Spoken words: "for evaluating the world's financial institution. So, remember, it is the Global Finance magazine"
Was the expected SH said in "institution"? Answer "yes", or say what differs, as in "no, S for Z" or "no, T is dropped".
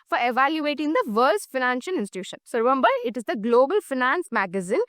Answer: yes